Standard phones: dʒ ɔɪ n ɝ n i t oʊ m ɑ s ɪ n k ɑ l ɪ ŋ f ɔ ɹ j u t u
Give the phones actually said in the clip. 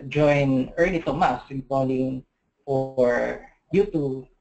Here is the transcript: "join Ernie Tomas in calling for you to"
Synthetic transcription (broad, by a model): dʒ ɔɪ n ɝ l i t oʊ m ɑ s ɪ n k ɑ l ɪ ŋ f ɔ ɹ j u t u